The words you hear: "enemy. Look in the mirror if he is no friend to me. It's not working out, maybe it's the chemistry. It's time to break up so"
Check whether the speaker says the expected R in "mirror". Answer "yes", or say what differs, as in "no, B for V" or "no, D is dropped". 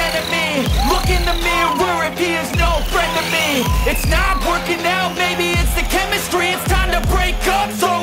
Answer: no, W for R